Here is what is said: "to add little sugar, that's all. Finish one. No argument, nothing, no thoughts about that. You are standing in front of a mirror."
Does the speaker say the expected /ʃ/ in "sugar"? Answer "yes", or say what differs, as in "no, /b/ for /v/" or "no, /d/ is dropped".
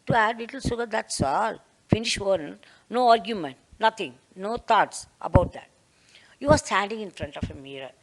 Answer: no, /s/ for /ʃ/